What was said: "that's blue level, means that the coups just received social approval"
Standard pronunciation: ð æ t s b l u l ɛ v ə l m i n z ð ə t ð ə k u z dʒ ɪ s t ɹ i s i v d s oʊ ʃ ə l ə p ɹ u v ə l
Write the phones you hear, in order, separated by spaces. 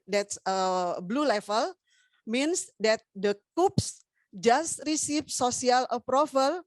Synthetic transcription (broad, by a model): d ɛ t s b l u l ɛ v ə l m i n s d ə t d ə k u s dʒ ɪ s t ɹ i s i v s oʊ s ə l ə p ɹ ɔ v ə l